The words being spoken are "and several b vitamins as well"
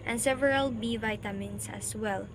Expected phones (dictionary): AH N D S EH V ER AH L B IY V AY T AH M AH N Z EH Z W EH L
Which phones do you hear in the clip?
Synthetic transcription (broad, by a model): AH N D S EH V ER AH L B IY V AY T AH M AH N S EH S W EH L